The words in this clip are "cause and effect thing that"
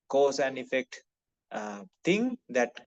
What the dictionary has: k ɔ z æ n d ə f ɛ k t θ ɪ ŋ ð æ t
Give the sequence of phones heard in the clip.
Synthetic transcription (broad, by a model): k ɔ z æ n d ə f ɛ k t t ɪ ŋ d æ t